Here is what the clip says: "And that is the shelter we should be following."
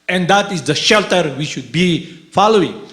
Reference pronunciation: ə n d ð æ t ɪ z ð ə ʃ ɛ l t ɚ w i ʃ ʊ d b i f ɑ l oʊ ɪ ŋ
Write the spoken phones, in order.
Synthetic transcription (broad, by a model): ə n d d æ t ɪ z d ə ʃ ɛ l t ɚ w i ʃ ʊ d b i f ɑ l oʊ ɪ ŋ